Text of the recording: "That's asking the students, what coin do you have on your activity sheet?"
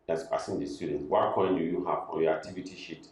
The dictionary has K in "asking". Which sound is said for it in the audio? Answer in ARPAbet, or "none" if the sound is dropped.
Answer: none